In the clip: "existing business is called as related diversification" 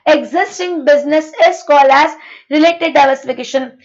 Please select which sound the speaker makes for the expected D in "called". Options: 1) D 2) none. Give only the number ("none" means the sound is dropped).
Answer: 2